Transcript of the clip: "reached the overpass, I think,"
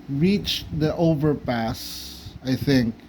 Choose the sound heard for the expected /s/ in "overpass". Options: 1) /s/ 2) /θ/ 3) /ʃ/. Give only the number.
1